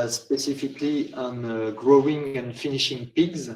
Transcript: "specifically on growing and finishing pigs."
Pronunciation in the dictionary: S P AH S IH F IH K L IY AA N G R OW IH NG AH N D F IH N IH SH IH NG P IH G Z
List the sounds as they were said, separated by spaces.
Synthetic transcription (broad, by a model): S P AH S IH F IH K L IY AA N G R OW IH NG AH N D F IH N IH SH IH NG P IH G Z